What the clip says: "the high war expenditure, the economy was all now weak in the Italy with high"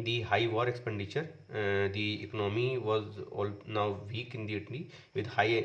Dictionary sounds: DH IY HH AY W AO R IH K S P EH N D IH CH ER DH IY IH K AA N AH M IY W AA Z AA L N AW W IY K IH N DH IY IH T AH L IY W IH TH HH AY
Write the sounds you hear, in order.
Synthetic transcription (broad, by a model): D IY HH AY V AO R IH K S P EH N D IH CH ER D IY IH K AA N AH M IY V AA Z AA L N AW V IY K IH N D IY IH T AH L IY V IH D HH AY